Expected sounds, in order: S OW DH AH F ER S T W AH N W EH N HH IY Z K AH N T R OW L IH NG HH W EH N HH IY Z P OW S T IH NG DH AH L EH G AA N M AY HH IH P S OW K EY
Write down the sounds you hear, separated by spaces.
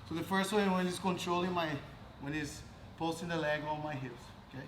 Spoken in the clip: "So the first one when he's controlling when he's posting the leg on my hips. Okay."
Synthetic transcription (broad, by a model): S OW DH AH F ER S T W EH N W EH N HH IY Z K AH N T R OW L IH NG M W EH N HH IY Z P OW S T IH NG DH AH L EH G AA L M AY HH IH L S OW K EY